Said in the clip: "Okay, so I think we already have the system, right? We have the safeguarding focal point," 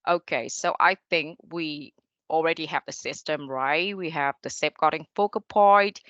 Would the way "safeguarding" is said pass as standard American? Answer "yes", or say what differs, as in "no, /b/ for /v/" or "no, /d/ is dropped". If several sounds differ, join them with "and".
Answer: no, /p/ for /f/